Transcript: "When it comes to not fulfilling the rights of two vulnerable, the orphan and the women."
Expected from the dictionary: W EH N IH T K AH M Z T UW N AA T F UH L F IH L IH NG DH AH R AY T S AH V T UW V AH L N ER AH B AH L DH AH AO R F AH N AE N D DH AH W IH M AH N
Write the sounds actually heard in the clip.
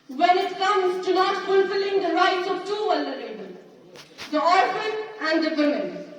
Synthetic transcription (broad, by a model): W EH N IH T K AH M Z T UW N AA T F UH L F IH L IH NG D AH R AY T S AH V T UW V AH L ER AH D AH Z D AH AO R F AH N AE N D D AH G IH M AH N